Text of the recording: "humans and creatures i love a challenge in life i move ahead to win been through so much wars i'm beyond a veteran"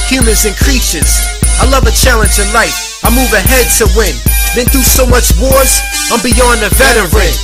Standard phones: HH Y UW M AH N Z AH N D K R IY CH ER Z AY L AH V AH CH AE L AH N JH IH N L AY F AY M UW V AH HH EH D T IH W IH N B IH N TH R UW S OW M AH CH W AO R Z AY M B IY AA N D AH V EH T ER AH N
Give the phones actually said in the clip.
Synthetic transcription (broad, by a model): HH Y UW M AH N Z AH N K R IY SH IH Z AY L AH V AH CH AE L AH N JH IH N L AY F AY M UW V AH HH EH D T IH W IH N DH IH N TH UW S OW M AH CH W AO R Z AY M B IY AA N AH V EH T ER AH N